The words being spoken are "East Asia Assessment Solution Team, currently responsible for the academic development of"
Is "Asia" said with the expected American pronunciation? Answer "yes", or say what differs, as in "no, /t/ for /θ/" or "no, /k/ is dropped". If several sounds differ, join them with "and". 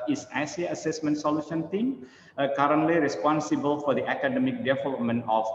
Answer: no, /s/ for /ʒ/